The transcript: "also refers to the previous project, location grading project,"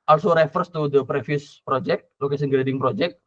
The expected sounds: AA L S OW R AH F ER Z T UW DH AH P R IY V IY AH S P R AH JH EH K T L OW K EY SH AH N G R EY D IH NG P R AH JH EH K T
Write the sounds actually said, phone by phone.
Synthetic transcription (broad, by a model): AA L S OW R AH F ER S T UW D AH P R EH F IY S P R AH JH EH K T L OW K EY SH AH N G R EY D IH NG P R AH JH EH K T